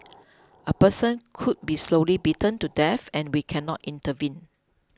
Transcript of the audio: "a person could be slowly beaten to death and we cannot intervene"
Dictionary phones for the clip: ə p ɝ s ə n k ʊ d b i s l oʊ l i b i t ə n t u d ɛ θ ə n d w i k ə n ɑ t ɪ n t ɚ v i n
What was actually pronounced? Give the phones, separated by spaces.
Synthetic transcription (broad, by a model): ə p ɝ s ə n k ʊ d b i s l oʊ l i b i t ə n t u d ɛ f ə n w i k ə n ɑ t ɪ n t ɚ v i n